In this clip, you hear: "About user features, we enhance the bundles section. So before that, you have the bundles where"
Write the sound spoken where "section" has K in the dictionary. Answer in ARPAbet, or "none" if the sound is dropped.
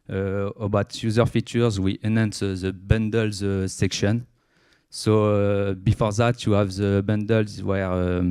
K